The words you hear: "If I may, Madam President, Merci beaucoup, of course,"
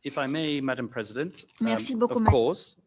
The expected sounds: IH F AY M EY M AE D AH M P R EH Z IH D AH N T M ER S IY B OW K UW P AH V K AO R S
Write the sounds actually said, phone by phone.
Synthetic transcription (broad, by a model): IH F AY M EY M AE D AH M P R EH Z IH D AH N T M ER S IY B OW K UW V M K AO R S